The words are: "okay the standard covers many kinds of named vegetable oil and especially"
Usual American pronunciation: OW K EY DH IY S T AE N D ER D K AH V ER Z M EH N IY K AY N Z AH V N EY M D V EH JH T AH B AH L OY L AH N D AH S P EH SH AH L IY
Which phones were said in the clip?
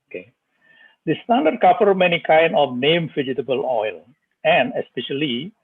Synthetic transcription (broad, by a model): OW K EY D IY S T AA N D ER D K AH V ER M EH N IY K AY N AH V N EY M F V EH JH T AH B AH L OY L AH N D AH S P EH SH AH L IY